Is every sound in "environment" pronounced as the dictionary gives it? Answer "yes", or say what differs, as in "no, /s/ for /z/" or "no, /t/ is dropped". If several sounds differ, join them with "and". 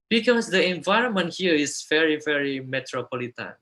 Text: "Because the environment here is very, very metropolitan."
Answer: yes